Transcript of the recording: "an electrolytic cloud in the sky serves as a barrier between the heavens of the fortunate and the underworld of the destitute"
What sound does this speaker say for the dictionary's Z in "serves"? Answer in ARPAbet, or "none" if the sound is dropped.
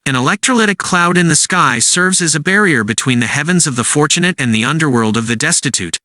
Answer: Z